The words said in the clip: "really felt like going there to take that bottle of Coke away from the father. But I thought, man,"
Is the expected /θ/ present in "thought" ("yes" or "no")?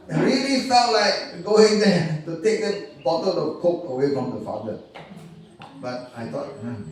no